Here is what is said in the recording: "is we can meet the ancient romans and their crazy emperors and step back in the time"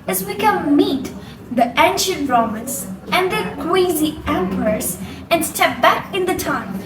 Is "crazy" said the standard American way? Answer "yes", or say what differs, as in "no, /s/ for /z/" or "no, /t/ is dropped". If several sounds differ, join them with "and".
no, /w/ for /ɹ/